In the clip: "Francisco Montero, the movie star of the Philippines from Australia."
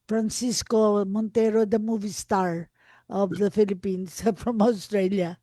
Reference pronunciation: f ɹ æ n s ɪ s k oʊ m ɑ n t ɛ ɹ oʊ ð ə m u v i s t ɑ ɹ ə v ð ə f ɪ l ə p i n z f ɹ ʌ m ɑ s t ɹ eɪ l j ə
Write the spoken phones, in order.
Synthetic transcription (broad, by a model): f ɹ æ n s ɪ s k oʊ m ɑ n t ɛ ɹ oʊ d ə m u v i s t ɑ ɹ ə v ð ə f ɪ l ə p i n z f ɹ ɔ m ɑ s t ɹ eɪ l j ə